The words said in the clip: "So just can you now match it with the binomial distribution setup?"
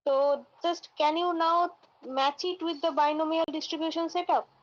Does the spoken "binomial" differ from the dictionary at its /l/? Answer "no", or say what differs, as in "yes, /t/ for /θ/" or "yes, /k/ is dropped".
no